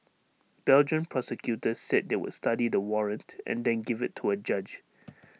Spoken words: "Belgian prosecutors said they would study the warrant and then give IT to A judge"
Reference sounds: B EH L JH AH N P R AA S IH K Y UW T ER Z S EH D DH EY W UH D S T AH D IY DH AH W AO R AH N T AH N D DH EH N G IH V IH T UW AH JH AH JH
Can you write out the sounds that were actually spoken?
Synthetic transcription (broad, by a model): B EH L JH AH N P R AA S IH K Y UW T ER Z S EH D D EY W UH D S T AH D IY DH AH W AO R AH N T AH N D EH N G IH V IH T UW AH JH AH JH